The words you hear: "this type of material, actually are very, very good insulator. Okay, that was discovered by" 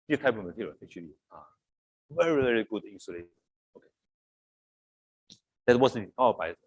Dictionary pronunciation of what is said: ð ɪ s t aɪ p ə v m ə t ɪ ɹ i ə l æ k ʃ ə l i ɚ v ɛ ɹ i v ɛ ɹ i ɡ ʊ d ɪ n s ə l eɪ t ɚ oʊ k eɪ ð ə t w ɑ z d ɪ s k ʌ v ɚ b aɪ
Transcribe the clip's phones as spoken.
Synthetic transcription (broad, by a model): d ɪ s t aɪ p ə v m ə t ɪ ɹ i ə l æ k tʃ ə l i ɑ v ɛ ɹ i v ɛ ɹ i ɡ ʊ d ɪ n s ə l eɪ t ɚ oʊ k eɪ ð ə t w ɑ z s ʌ ɚ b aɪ